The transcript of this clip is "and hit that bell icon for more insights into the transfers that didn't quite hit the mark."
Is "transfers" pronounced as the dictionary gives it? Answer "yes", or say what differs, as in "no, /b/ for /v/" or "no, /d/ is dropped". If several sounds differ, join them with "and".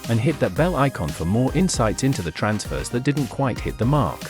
yes